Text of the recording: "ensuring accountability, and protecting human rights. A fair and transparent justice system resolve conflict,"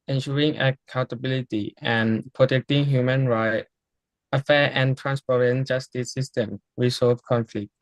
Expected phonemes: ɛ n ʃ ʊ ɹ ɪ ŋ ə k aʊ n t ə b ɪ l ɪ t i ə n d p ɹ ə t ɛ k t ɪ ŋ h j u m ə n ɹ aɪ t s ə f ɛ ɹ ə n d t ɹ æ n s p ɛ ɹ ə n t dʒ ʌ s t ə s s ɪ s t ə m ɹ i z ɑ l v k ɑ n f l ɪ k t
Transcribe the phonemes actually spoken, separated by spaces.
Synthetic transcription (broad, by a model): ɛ n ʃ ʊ ɹ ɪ ŋ ə k aʊ n t ə b ɪ l ɪ t i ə n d p ɹ ə t ɛ k t ɪ ŋ h j u m ə n ɹ aɪ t ə f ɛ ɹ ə n t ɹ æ n s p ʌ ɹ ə n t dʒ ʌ s t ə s s ɪ s t ə m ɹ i s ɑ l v k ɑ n f l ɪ k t